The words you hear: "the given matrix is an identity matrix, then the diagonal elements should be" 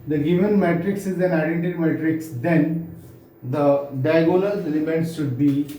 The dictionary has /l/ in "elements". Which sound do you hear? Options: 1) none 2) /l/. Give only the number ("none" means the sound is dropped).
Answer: 1